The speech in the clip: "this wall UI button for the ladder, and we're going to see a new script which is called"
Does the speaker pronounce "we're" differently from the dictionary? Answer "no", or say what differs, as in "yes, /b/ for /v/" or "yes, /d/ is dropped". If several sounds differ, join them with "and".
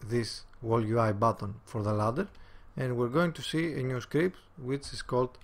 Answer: no